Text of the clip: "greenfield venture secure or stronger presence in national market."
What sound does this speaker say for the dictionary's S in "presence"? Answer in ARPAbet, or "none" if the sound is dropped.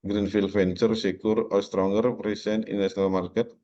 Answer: none